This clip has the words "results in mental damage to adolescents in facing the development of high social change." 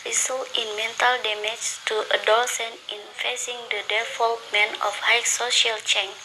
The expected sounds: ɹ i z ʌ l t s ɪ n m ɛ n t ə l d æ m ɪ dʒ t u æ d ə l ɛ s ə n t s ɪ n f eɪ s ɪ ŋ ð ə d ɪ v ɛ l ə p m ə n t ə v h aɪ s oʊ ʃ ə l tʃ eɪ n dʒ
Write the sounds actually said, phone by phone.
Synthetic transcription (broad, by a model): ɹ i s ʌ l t ɪ n m ɛ n t ə l d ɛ m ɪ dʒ t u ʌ d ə l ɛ s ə n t ɪ n f eɪ s ɪ ŋ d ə d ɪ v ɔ l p m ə n ə f h aɪ s oʊ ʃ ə l tʃ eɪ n